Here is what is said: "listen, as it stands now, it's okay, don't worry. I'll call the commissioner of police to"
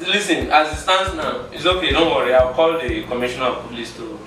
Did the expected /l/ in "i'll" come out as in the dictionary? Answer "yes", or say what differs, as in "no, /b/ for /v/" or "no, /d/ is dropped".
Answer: no, /w/ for /l/